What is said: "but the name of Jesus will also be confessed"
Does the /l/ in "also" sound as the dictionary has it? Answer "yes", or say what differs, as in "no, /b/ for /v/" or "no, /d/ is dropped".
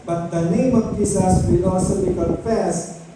no, /l/ is dropped